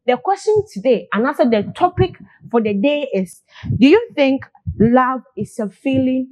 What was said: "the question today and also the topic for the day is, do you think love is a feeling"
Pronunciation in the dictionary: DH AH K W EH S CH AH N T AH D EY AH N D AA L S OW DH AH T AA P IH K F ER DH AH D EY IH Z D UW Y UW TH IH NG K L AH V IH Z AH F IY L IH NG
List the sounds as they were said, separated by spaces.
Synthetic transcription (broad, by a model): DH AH K W EH S CH AH N T AH D EY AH N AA N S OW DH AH T AA P IH K F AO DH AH D EY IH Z D UW Y UW TH IH NG K L AH V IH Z AH F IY L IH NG